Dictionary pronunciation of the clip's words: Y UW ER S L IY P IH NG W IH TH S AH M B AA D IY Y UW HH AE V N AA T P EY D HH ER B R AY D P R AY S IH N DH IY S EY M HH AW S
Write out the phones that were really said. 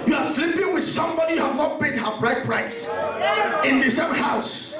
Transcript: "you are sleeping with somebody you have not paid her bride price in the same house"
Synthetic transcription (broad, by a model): Y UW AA S L IY P IH NG W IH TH S AH M B AA D IY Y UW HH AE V N AA T B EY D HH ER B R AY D P R AY S IH N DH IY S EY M HH AW S